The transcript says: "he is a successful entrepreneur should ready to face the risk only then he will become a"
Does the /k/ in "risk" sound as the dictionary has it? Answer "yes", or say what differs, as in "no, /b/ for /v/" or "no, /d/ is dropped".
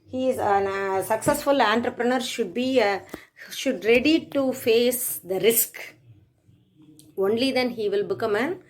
yes